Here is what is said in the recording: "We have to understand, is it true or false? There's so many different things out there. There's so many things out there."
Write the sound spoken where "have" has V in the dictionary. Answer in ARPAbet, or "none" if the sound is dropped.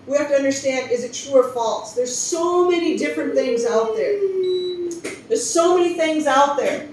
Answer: F